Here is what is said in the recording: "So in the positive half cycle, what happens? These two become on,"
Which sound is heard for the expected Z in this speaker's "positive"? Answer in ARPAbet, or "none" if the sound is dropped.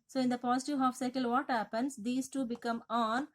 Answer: S